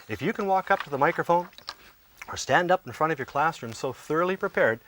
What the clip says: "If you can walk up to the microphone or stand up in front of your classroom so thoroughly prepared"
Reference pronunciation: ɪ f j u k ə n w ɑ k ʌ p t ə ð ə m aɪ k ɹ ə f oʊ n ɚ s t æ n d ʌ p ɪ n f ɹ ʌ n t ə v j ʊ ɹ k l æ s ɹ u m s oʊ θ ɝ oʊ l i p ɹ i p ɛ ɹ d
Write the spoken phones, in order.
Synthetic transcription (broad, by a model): ɪ f j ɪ k ə n w ɑ k ʌ p t ə ð ə m aɪ k ɹ ə f oʊ n ɚ s t æ n d ʌ p n f ɹ ʌ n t ə v j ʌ ɹ k l æ s ɹ u m s oʊ θ ɝ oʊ l i p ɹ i p ɛ ɹ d